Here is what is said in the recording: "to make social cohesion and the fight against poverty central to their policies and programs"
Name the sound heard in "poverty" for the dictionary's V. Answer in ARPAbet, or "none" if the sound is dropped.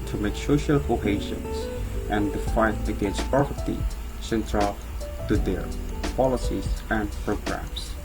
P